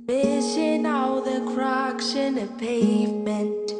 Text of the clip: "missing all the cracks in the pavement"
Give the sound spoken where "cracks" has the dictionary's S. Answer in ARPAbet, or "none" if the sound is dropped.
SH